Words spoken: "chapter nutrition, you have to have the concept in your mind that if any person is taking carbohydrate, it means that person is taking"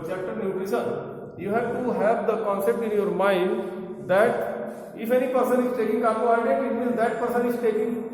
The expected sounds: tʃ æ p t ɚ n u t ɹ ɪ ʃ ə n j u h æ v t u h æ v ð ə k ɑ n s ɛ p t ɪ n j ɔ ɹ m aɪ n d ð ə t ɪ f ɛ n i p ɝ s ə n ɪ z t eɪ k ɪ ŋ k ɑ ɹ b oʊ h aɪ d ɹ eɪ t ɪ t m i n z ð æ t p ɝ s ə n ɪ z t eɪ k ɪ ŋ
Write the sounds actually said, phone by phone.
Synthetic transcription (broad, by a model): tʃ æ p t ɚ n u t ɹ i s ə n j u h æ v t u h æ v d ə k ɑ n s ɛ p t ɪ n j ɔ ɹ m aɪ n d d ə t ɪ f ɛ n i p ɝ s ə n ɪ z t eɪ k ɪ ŋ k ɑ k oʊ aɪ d eɪ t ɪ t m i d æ t p ɝ s ə n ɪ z t eɪ k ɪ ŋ